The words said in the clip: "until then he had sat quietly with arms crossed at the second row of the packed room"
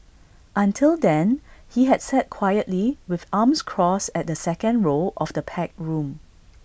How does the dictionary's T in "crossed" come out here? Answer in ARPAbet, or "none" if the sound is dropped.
none